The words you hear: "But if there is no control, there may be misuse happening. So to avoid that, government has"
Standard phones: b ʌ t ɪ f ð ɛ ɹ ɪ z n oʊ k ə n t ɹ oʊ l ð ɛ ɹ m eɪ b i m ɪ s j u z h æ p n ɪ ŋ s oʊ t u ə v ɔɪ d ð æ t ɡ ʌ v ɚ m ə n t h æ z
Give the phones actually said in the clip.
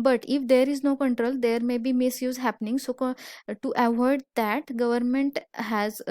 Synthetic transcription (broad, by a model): b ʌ t ɪ f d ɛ ɹ ɪ z n oʊ k ə n t ɹ oʊ l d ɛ ɹ m eɪ b i m ɪ s j u z h æ p n ɪ ŋ s oʊ t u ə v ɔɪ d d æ t ɡ ʌ v ɚ m ə n t h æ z